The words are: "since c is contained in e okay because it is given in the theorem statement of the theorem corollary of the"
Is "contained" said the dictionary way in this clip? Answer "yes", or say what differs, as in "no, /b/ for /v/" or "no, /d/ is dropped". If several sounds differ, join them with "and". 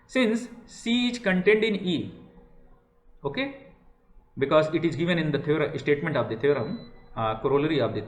yes